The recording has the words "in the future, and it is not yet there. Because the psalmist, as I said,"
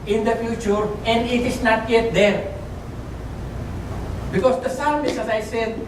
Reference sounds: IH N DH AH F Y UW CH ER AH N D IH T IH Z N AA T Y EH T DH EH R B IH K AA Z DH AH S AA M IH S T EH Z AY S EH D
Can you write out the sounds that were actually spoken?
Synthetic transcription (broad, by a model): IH N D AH F Y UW CH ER AH N D IH T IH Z N AA T Y EH T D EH R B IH K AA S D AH S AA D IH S EH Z AY S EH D